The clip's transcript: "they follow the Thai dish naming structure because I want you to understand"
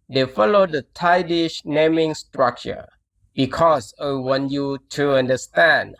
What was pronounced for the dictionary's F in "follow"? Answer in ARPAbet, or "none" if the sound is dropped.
F